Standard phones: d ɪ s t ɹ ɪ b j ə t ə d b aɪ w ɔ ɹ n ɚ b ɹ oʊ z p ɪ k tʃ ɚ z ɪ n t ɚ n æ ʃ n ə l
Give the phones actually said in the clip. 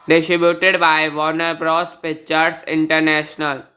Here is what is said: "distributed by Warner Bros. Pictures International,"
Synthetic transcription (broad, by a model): d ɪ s t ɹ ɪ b j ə t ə d b aɪ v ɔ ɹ n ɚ b ɹ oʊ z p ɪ tʃ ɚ s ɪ n t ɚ n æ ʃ n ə l